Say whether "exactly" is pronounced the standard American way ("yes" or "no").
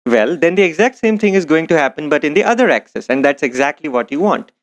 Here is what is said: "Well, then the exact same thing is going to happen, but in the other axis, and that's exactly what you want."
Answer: yes